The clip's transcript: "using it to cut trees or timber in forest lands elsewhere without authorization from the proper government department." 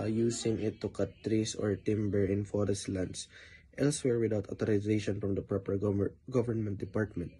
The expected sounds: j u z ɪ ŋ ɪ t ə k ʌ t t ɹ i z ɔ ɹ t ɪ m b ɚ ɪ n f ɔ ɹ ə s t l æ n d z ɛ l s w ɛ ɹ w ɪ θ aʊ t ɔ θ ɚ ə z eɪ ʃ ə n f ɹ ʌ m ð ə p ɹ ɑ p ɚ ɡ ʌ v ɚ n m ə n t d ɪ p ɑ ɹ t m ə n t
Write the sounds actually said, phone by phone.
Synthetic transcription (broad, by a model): j u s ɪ ŋ ɪ t ə k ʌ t t ɹ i s ɔ ɹ t ɪ m b ɚ ɪ n f ɔ ɹ ə s t l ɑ n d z ɛ l s w ɛ ɹ w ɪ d aʊ t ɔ t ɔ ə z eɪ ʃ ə n f ɹ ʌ m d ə p ɹ ɑ p ɚ ɡ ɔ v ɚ n m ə n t d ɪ p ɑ ɹ t m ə n t